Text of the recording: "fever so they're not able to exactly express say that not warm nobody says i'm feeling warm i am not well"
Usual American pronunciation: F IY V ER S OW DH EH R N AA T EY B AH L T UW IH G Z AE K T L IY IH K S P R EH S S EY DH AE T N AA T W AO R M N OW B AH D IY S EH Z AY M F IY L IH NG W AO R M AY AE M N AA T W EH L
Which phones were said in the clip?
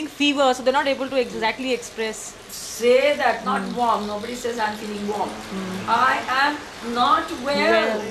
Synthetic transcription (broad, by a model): F IY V ER S OW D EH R N AA T EY B AH L T UW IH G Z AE K T L IY IH K S P R EH S S EY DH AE T N AA T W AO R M N OW B AH D IY S EH Z AY M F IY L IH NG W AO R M AY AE M N AA T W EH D